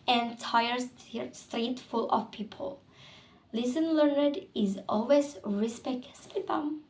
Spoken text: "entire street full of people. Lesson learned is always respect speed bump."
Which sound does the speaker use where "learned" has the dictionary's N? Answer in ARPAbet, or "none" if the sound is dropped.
N